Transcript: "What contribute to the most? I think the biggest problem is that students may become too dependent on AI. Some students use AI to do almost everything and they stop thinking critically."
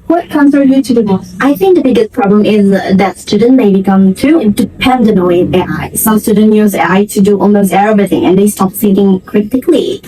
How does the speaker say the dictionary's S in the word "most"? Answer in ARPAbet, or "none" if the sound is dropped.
none